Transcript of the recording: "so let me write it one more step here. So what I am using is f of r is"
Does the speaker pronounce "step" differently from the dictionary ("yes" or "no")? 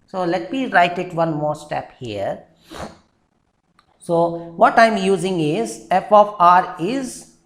no